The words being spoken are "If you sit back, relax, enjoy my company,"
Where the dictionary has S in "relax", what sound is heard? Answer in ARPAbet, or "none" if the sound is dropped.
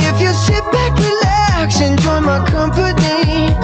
SH